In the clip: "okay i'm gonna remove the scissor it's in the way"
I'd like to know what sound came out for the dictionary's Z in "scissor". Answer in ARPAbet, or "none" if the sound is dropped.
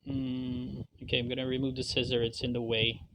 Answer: Z